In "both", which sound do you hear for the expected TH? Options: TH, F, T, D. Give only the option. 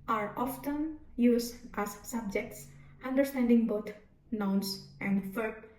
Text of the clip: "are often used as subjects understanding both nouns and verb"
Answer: T